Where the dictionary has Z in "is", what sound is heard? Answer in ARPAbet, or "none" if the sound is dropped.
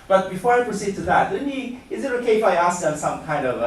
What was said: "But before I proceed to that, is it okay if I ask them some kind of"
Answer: Z